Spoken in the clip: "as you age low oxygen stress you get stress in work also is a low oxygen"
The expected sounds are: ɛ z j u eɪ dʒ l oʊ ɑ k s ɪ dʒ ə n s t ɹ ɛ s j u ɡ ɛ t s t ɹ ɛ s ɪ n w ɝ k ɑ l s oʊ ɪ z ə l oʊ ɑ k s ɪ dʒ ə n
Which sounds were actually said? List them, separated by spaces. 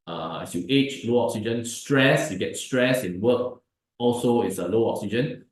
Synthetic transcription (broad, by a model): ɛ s j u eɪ tʃ l oʊ ɑ k s ɪ dʒ ə n s t ɹ ɛ s j u ɡ ɛ t s t ɹ ɛ s ɪ n w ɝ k ɑ l s oʊ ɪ s ə l oʊ ɑ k s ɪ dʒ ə n